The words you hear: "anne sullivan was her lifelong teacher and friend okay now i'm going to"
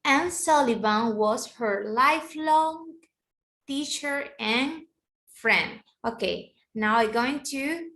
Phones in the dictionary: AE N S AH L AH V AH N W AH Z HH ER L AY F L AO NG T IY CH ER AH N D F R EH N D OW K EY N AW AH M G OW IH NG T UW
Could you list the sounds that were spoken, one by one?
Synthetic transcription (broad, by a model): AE N S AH L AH B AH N W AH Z HH ER L AY F L AO NG T IY CH ER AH N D F R EH N D OW K EY N AW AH G OW IH NG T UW